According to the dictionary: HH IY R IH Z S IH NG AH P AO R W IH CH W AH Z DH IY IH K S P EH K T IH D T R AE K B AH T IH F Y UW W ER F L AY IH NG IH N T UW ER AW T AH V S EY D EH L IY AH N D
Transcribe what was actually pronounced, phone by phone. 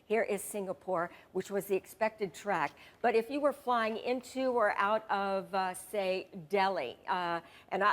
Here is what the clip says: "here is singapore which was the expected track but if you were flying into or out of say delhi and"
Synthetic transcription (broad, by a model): HH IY R IH Z S IH NG AH P AO R W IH CH W AH Z DH IY IH K S P EH K T IH D T R AE K B AH T IH F Y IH W ER F L AY IH NG IH N T UW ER AW T AH V S EY D EH L IY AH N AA